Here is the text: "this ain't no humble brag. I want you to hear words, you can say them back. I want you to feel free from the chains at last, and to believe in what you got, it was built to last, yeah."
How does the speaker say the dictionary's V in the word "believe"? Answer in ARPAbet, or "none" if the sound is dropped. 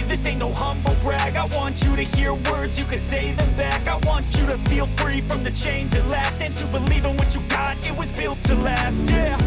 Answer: V